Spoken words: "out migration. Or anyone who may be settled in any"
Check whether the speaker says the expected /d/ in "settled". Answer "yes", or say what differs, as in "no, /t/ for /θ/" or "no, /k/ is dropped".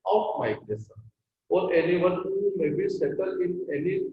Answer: no, /d/ is dropped